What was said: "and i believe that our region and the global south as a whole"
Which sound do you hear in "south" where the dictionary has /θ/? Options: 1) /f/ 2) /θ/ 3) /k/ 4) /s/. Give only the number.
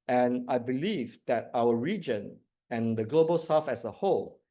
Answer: 1